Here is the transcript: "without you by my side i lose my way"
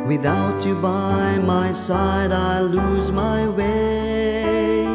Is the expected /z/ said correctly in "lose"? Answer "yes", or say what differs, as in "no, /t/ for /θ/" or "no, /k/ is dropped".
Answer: yes